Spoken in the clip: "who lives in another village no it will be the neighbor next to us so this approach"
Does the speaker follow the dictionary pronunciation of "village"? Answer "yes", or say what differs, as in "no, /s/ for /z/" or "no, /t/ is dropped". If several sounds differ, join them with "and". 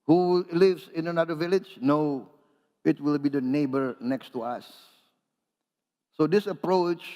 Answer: yes